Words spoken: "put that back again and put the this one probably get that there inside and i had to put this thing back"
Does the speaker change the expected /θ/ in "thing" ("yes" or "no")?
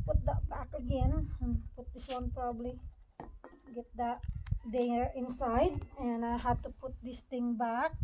yes